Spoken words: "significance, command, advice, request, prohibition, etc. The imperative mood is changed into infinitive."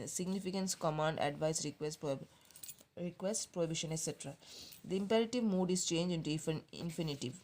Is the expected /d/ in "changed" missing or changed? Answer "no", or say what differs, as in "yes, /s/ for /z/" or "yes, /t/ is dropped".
yes, /d/ is dropped